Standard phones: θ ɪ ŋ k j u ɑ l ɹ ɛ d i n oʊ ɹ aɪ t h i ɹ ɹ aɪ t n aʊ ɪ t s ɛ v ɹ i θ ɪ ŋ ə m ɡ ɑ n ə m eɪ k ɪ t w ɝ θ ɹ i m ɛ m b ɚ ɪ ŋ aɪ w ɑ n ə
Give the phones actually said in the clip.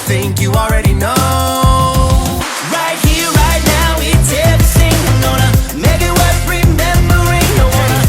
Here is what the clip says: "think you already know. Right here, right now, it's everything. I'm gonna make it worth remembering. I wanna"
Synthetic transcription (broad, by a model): θ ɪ ŋ k j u ɑ l ɹ ɛ d i n oʊ ɹ aɪ t h i ɹ ɹ aɪ t n aʊ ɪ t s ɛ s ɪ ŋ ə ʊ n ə m eɪ k ɪ t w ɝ t ɹ i m ɛ m b ɚ ɪ ŋ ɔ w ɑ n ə